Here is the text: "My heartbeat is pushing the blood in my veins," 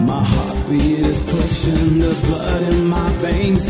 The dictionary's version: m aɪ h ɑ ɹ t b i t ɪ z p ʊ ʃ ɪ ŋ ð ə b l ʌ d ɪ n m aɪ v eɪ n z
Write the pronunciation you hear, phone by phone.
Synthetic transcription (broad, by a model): m aɪ h ɑ ɹ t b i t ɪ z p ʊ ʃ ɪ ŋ ð ə b l ʌ d ɪ n m aɪ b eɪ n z